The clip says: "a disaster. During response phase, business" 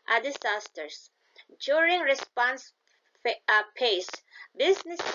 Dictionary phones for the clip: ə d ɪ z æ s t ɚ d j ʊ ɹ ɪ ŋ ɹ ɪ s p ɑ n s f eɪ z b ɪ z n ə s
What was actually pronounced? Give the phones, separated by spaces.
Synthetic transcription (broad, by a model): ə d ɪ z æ s t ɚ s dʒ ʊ ɹ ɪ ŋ ɹ ɪ s p ɑ n s p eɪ s b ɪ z n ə s